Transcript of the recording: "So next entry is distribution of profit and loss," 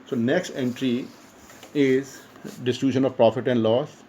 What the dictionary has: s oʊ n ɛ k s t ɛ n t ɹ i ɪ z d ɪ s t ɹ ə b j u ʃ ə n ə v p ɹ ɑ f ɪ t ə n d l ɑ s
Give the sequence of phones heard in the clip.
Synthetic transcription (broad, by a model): s oʊ n ɛ k s t ɛ n t ɹ i ɪ z d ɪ s t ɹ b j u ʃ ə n ə v p ɹ ɑ f ɪ t ə n d l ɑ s